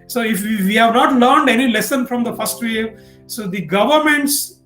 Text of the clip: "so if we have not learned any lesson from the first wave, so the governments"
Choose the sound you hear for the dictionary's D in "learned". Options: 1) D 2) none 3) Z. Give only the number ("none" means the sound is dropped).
1